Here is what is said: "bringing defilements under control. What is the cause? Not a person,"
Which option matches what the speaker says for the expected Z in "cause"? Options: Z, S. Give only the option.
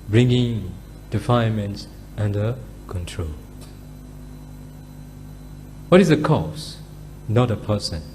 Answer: S